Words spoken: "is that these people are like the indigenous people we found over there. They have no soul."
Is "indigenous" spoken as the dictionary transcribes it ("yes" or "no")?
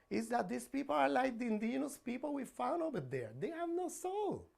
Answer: no